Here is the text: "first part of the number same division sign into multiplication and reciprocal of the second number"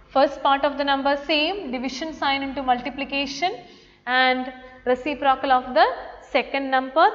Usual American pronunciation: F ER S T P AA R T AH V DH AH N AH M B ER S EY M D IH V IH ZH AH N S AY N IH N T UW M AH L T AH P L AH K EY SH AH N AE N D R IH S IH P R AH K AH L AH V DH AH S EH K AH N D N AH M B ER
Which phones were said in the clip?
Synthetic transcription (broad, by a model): F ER S T P AA R T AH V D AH N AH M B ER S EY M D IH V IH SH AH N S AY N IH N T UW M AH L T AH P L AH K EY SH AH N AE N D R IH S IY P R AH K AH L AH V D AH S EH K AH N D N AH M B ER